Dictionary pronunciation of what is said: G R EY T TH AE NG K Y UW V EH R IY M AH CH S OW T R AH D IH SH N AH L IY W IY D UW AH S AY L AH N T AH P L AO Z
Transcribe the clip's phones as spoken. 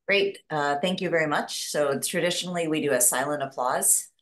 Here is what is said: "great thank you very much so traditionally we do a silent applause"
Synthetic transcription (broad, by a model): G R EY T TH AE NG K Y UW V EH R IY M AH CH S OW T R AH D IH SH N L IY W IY D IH AH S AY L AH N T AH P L AO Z